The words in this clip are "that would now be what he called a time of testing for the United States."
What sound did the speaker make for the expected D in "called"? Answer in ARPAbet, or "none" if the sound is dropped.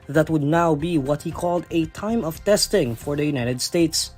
D